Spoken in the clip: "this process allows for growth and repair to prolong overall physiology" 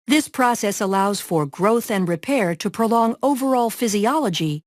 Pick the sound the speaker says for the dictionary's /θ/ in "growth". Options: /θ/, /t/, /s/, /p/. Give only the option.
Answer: /θ/